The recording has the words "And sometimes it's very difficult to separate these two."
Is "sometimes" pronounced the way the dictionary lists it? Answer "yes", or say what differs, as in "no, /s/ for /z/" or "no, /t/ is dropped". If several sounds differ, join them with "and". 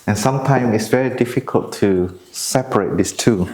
no, /z/ is dropped